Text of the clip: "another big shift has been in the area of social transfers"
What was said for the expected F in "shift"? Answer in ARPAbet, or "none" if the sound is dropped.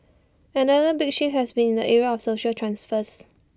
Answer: none